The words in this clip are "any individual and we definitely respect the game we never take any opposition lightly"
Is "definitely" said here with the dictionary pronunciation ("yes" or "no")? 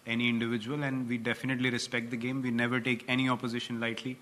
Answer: yes